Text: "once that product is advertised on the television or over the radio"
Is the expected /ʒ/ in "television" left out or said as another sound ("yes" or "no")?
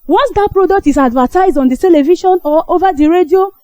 yes